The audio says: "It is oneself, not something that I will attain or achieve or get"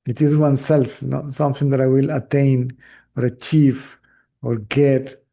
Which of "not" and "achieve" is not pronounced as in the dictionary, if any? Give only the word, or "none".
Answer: achieve